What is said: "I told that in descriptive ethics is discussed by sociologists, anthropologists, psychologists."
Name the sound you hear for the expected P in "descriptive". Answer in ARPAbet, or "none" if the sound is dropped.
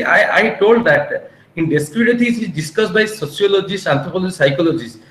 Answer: none